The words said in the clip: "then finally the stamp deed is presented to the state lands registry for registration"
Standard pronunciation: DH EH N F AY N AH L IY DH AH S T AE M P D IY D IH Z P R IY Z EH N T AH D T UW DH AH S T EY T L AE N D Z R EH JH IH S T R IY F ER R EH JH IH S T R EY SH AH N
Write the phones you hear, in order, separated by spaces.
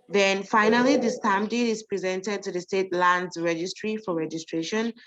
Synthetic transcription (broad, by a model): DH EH N F AY N AH L IY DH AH S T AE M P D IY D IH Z P R IY Z EH N T AH D T UW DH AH S T EY T L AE N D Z R EH JH IH S T R IY F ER R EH JH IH S T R EY SH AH N